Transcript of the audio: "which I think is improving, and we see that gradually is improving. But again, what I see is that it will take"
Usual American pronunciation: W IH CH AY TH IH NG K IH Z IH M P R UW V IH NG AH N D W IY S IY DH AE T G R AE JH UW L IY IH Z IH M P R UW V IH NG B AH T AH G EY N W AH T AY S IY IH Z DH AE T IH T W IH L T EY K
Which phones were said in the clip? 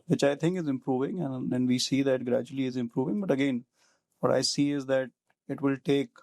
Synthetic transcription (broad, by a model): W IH CH AY T IH NG K IH Z IH M P R UW V IH NG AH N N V IY S IY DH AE T G R AE JH UW L IY IH Z IH M P R UW V IH NG B AH T AH G EY N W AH T AY S IY IH Z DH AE T IH T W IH L T EY K